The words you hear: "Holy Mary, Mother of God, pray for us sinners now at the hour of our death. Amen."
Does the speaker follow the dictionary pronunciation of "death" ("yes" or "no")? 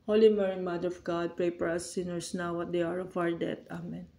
no